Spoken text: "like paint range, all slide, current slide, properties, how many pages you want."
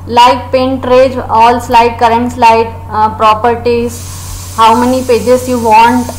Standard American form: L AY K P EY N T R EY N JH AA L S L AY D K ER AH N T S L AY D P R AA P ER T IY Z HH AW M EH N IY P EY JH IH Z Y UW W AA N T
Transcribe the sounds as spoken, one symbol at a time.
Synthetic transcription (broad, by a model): L AY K P EY N T R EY JH AA L S L AY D K ER AH N T S L AY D P R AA P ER T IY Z HH AW M EH N IY P EY JH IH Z Y UW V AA N T